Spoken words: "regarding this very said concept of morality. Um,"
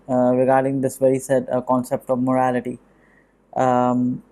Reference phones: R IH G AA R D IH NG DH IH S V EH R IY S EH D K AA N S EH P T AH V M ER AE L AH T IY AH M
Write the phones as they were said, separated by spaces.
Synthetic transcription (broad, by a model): R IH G AA R D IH NG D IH S V EH R IY S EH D K AA N S EH P T AH V M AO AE L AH T IY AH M